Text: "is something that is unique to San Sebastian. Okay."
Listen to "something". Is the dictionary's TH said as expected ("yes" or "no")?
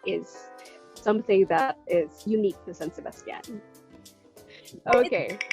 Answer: yes